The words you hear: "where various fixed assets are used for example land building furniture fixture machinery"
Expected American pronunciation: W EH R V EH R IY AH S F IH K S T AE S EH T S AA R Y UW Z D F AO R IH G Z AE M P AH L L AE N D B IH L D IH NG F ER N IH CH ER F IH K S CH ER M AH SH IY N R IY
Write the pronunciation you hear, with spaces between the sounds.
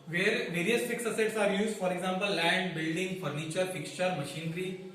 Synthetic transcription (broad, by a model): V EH R V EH R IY AH S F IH K S AH S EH T S AA R Y UW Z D F AO R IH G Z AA M P AH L L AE N D B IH L D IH NG F ER N IH CH ER F IH K S CH ER M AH SH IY N R IY